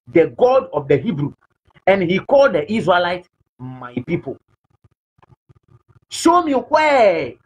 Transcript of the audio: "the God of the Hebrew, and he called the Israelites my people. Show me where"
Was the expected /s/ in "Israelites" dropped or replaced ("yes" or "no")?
yes